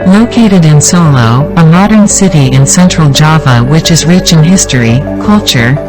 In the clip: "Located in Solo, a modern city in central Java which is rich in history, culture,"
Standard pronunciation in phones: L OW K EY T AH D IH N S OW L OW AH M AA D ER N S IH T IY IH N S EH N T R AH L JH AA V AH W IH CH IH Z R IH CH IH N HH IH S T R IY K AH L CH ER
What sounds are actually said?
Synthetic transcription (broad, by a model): L OW K EY T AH D IH N S OW L OW AH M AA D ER N S IH T IY IH N S EH N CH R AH L JH AA V AH W IH CH IH Z R IH CH IH N HH IH S T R IY K AH L CH ER